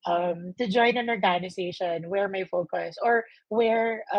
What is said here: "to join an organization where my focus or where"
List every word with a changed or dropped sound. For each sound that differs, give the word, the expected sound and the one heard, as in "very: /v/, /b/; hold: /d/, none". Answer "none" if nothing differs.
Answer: organization: /z/, /s/